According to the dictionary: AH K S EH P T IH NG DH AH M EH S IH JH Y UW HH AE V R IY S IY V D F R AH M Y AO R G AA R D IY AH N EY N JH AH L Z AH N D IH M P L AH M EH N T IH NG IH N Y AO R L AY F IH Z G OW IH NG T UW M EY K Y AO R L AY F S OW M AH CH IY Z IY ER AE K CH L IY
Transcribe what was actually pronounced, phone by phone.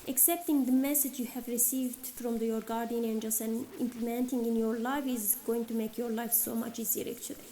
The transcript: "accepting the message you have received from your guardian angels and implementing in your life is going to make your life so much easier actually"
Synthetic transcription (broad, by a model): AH K S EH P T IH NG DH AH M EH S IH JH Y UW HH AE V R IY S IY V D F R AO M Y AO R G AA R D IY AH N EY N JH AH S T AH N IH M P L AH M EH N T IH NG IH N Y AO R L AY F IH Z G OW IH NG T UW M EY K Y AO R L AY F S OW M AH CH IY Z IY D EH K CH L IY